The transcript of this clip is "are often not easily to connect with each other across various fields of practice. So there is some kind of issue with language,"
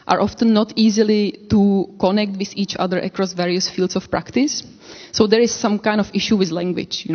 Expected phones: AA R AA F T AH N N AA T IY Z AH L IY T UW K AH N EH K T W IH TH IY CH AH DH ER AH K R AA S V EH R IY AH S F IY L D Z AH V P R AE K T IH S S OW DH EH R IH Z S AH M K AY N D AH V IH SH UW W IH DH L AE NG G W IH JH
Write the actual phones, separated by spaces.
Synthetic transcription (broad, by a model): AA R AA F T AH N N AA T IY Z AH L IY T UW K AH N EH K T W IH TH IY CH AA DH ER AH K R AA S V EH R IY AH S F IY L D S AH F P R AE K T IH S S OW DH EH R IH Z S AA M K AY N D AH F IH SH UW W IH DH L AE NG G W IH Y